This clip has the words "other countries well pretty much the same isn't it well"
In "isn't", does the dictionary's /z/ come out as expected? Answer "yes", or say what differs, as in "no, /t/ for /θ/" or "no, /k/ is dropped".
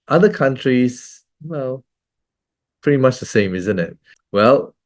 yes